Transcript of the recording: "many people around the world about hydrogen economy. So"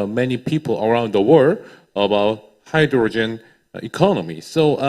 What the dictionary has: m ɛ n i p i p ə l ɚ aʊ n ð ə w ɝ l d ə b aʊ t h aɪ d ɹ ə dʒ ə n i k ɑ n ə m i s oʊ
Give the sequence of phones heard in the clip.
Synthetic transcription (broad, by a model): m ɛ n i p i p ə l ɚ aʊ n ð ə w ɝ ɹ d ə b aʊ t h aɪ d ɹ ə dʒ ə n i k ɑ n ə m i s oʊ